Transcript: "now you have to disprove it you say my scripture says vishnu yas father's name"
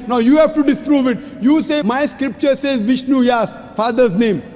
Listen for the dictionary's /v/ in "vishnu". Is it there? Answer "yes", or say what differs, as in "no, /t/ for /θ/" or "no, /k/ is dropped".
yes